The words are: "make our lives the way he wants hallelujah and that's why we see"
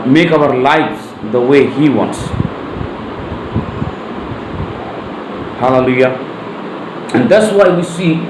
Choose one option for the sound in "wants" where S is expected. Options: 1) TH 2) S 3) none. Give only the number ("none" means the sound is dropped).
2